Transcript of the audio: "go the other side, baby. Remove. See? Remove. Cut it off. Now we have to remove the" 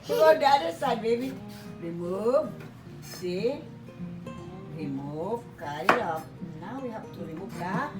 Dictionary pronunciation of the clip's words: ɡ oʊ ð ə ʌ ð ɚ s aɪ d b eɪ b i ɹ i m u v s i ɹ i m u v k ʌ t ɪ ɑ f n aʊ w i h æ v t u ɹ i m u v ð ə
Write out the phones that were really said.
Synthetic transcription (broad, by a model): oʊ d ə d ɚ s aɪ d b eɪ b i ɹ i m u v s i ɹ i m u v k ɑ ɪ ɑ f n aʊ w i h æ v t u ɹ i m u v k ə